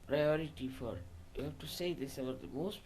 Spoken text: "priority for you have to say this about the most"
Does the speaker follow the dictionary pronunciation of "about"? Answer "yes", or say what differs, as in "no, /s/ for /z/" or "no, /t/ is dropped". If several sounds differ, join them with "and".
no, /b/ is dropped